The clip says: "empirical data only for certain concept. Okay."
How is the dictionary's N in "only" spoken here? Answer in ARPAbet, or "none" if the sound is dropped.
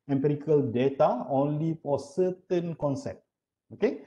N